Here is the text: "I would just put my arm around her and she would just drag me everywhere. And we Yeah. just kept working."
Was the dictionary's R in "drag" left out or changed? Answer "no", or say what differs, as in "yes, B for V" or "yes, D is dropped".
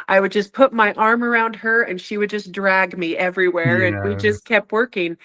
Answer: no